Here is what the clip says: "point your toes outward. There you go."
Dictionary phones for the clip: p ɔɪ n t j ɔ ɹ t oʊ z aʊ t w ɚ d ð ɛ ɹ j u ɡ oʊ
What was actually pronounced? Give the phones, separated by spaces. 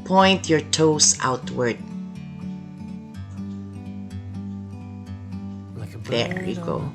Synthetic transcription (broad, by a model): p ɔɪ n t j ɔ ɹ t oʊ s aʊ t w ɚ d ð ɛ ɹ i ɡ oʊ